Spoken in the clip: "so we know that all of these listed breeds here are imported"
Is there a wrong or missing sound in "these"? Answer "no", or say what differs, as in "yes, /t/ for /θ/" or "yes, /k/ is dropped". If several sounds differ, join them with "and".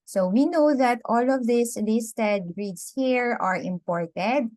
yes, /s/ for /z/